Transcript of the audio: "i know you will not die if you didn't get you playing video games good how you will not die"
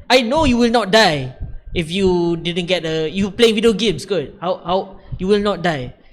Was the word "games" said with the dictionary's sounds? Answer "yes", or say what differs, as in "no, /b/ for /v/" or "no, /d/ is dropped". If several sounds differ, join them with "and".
no, /s/ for /z/